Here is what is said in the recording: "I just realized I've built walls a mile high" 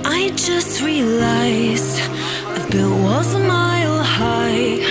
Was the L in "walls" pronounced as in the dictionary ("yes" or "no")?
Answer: no